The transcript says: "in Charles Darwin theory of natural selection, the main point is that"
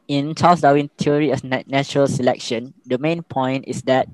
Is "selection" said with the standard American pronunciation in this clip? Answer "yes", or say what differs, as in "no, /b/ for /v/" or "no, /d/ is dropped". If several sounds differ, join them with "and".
yes